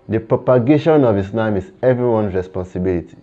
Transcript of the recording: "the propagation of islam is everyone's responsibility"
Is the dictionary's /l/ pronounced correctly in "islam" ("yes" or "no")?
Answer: no